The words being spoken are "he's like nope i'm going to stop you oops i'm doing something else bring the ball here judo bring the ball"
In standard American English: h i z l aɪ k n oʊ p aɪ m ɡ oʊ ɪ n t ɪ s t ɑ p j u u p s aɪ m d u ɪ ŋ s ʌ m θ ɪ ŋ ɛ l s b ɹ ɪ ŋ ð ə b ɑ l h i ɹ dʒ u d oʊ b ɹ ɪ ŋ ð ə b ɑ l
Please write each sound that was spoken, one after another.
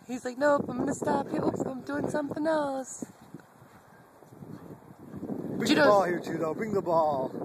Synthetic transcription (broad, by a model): h i z l aɪ k n oʊ aɪ m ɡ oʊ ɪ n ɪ s t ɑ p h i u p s aɪ m d u ɪ ŋ s ʌ m θ ɪ ŋ ɛ l s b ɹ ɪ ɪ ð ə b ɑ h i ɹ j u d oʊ b ɹ ɪ ŋ ð ə b ɑ